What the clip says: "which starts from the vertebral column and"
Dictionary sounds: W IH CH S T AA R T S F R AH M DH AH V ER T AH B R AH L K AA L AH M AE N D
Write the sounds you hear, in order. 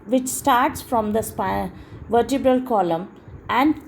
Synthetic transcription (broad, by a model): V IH CH S T AA R T S F R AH M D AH V ER T AH B R AH L K AA L AH M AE N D